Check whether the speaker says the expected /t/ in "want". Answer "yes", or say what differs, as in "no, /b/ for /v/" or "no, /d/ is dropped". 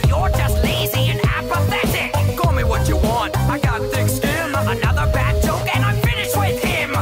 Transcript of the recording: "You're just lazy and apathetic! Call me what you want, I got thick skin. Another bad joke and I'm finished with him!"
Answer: yes